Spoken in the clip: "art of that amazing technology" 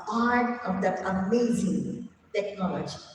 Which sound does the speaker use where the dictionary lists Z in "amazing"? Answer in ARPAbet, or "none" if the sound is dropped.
Z